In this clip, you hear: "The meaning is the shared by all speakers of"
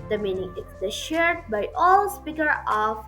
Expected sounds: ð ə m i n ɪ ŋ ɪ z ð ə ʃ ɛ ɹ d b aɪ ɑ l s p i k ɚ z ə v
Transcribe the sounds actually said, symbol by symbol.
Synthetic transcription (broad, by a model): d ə m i n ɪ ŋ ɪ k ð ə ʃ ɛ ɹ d b aɪ ɑ l s p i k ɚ ə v